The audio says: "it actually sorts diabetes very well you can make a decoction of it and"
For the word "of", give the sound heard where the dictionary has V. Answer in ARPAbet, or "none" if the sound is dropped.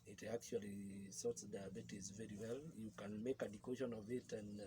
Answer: V